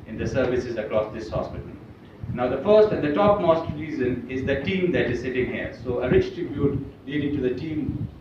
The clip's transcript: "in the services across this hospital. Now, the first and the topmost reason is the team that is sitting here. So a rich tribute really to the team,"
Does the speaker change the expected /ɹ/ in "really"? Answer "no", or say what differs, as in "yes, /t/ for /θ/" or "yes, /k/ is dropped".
yes, /l/ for /ɹ/